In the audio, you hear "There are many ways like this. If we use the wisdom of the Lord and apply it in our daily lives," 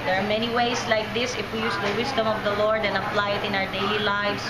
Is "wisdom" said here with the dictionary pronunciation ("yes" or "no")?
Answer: no